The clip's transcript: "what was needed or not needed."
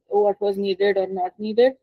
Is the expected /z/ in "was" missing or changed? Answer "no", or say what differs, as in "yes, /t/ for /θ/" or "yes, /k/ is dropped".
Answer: no